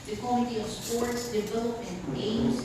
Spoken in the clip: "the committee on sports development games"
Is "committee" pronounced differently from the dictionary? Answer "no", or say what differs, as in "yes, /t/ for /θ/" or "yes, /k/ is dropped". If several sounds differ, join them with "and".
yes, /m/ is dropped